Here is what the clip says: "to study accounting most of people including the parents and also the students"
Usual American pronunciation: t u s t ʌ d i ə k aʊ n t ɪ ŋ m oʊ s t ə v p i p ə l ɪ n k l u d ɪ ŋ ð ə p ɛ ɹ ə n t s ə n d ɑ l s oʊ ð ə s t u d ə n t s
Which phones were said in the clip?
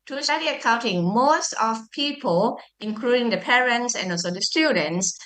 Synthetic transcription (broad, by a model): t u s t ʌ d i ə k aʊ n t ɪ ŋ m oʊ s t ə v p i p ə l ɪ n k l u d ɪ ŋ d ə p ɛ ɹ ə n t s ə n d ɑ l s oʊ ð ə s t u d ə n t s